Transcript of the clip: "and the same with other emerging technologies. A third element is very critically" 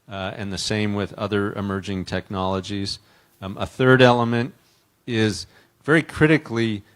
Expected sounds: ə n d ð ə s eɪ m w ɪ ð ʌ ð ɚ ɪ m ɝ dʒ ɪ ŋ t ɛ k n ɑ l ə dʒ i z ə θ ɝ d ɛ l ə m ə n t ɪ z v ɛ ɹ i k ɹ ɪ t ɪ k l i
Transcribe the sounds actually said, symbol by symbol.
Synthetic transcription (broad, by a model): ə n ð ə s eɪ m w ɪ ð ʌ ð ɚ ɪ m ɝ dʒ ɪ ŋ t ɛ k n ɑ l ə dʒ i z ə θ ɝ d ɛ l ə m ə n t ɪ z v ɛ ɹ i k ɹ ɪ t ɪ k l i